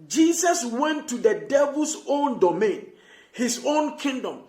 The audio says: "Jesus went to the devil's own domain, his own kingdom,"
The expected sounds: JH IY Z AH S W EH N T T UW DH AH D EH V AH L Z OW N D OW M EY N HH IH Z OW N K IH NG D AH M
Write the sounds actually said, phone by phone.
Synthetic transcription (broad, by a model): JH IY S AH S W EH N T T UW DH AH D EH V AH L S OW N D OW M EY N HH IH S OW N K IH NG D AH M